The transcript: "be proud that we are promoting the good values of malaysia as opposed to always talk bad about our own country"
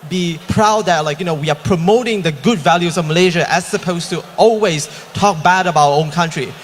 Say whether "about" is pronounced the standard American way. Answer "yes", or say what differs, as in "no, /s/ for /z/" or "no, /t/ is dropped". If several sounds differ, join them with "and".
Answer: no, /t/ is dropped